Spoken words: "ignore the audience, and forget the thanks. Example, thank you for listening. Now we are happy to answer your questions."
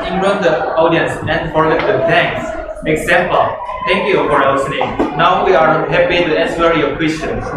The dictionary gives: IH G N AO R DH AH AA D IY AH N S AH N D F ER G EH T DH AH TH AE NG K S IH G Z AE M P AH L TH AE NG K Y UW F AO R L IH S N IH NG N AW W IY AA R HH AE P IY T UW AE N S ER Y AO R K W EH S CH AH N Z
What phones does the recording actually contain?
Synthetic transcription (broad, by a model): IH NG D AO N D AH AA D IY AH N S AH N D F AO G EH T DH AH T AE NG K S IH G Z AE M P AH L T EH NG K Y UW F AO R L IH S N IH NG N AW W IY AA R HH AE P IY T UW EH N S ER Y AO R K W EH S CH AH N